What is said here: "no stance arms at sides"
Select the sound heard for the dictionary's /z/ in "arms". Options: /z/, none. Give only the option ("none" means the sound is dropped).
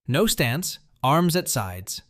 /z/